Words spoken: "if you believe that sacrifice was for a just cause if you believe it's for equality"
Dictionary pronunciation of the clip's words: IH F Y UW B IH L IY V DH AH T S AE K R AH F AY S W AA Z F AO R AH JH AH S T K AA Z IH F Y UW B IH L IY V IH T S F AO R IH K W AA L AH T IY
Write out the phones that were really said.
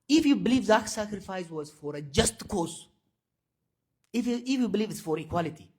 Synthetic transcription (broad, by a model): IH F Y UW B IH L IY V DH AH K S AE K R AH F AY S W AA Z F AO R AH JH AH S T K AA S IH F Y UW B IH L IY V IH T S F AO R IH K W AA L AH T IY